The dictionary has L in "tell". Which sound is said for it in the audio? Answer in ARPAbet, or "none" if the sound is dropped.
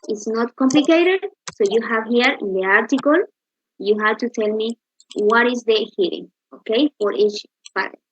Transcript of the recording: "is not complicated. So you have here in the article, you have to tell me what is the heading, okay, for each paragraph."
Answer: L